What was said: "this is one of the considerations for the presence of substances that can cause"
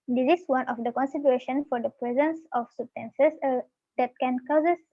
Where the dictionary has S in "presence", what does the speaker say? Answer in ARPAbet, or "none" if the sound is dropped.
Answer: S